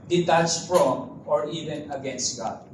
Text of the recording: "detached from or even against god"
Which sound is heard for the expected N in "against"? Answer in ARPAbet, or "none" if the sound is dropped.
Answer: N